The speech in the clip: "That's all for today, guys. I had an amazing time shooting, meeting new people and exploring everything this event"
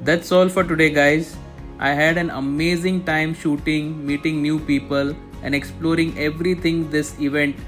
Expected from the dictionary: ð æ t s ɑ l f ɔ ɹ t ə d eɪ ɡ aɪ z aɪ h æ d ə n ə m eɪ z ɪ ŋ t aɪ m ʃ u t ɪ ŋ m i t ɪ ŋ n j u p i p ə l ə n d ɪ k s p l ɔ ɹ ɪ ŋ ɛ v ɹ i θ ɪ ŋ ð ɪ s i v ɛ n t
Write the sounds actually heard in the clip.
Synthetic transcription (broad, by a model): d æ t s ɑ l f ɔ ɹ t ə d eɪ ɡ aɪ z aɪ h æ d ə n ə m eɪ z ɪ ŋ t aɪ m ʃ u t ɪ ŋ m i t ɪ ŋ n j u p i p ə l ə n d ɪ k s p l ɔ ɹ ɪ ŋ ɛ v ɹ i t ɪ ŋ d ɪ s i v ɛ n t